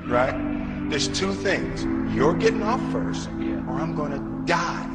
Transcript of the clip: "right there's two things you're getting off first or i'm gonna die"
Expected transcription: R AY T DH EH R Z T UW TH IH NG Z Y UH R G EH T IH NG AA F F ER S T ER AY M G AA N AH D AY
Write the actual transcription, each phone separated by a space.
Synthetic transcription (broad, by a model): R AY T DH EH R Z T UW TH IH NG Z Y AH R G EH T IH NG AA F F ER S T ER AY M G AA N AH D AY